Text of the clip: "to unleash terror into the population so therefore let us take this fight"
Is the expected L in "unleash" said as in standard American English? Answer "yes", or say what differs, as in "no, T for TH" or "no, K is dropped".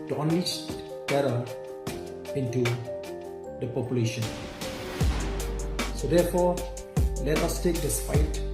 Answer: no, L is dropped